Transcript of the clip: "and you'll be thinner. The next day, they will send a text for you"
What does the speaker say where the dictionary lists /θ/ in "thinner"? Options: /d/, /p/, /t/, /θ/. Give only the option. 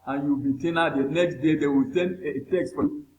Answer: /t/